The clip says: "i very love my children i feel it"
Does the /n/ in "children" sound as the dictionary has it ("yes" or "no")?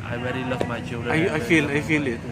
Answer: no